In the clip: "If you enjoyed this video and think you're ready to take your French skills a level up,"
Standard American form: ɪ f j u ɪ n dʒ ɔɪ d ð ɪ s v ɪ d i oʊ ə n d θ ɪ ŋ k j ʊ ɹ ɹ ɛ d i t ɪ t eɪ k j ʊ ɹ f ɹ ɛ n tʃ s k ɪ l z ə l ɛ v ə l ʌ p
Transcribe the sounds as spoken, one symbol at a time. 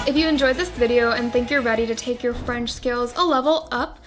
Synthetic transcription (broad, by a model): ɪ f j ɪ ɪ n dʒ ɔɪ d ð ɪ s v ɪ d i oʊ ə n θ ɪ ŋ k j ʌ ɹ ɹ ɛ d i t ɪ t eɪ k j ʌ ɹ f ɹ ɛ n tʃ s k ɪ l z ə l ɛ v l ʌ p